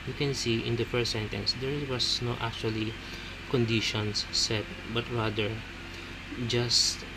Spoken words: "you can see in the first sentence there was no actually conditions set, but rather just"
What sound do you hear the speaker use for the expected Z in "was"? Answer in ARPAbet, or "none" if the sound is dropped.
S